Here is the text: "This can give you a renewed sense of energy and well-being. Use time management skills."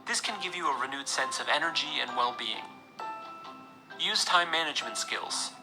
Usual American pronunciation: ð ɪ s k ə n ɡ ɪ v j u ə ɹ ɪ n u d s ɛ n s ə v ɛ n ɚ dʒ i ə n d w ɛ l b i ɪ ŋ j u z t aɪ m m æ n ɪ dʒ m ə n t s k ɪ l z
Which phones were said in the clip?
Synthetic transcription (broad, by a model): ð ɪ s k ə n ɡ ɪ v j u ə ɹ ɪ n u d s ɛ n s ə v ɛ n ɚ dʒ i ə n w ɛ l b i ɪ ŋ j u z t aɪ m m æ n ɪ dʒ m ə n t s k ɪ l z